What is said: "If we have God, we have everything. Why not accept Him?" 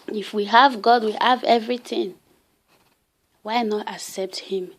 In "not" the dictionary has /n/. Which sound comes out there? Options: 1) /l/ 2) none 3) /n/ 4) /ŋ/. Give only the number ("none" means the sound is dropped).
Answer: 3